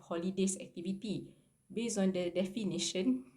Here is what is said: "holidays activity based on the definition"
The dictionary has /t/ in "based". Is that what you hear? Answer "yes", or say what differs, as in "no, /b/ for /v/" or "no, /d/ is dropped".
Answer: no, /t/ is dropped